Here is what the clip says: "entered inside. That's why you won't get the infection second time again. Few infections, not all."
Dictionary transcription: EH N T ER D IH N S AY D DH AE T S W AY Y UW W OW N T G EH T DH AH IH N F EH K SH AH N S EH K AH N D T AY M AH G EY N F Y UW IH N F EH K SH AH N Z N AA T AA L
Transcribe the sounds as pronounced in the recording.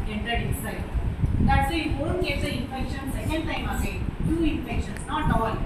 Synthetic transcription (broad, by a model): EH N T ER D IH S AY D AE T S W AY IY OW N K EH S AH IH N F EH K SH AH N S EH K AH N D T AY M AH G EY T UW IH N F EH K SH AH N S N AA T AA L